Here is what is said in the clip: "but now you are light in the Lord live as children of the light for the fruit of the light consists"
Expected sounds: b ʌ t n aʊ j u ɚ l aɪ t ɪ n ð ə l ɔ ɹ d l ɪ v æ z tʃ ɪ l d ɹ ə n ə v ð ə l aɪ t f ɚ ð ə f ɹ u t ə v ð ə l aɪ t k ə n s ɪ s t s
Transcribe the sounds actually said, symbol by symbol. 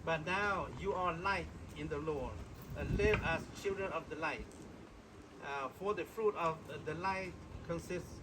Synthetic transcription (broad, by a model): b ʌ t n aʊ j u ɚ l aɪ t ɪ n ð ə l ɔ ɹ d l ɪ v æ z tʃ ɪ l d ɹ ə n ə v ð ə l aɪ t f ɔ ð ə f ɹ u t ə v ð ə l aɪ t k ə n s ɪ s t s